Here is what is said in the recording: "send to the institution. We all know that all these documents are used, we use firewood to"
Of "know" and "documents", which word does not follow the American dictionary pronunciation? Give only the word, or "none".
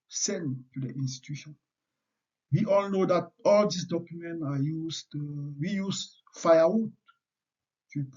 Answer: documents